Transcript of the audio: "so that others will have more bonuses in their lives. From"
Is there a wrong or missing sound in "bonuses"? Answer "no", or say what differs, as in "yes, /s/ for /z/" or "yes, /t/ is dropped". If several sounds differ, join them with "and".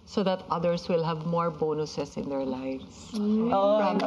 yes, /s/ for /z/